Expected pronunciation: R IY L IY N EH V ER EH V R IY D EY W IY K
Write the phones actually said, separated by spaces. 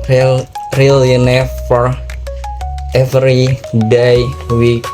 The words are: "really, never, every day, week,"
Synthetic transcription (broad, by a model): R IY L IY N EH F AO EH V R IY D EY W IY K